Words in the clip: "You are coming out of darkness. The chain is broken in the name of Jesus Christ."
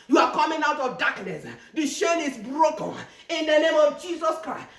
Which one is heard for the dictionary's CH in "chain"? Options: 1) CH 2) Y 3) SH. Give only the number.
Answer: 3